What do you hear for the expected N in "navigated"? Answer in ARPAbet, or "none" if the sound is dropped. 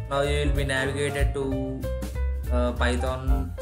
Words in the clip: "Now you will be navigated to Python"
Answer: N